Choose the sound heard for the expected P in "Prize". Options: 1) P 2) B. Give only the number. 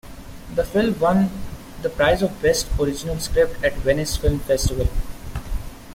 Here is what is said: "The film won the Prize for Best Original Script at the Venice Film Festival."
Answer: 1